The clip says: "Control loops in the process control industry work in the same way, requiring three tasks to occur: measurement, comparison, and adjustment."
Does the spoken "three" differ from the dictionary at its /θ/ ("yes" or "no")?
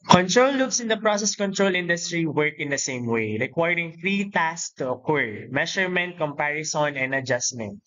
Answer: yes